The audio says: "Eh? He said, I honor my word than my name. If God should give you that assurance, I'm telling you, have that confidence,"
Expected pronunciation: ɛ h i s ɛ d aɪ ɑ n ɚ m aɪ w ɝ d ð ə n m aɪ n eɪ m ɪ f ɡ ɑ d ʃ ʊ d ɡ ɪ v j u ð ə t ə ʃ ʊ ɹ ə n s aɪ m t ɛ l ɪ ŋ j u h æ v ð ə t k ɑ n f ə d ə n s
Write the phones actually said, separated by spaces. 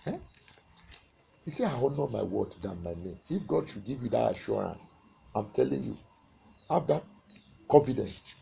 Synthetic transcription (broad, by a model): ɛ h i s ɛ aɪ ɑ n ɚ m aɪ w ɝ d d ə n m aɪ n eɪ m ɪ f ɡ ɑ d ʃ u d ɡ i v j u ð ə t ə ʃ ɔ ɹ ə n s aɪ m t ɛ l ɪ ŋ j u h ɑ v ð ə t k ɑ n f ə d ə n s